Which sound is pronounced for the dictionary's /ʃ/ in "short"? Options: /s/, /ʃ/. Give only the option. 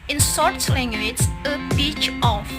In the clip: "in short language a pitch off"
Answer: /s/